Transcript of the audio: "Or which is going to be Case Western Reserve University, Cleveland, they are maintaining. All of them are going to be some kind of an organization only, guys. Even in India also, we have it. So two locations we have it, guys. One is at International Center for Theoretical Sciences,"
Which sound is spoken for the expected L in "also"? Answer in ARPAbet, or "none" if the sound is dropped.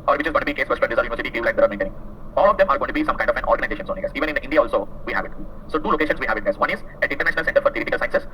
L